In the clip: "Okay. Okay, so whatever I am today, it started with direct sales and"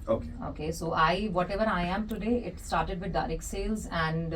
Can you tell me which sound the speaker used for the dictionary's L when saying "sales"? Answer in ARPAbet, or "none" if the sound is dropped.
L